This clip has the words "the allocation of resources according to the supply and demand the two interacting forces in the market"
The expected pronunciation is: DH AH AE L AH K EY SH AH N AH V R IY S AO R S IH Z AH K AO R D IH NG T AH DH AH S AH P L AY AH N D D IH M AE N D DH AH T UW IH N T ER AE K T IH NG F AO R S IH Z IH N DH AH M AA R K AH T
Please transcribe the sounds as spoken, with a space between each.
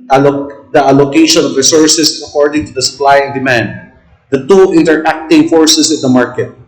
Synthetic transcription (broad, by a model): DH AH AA L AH K EY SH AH N AH V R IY S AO R S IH S AH K AO R D IH NG T AH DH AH S AH P L AY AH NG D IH M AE N D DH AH T UW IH N T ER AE K T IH NG F AO R S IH S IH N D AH M AA R K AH T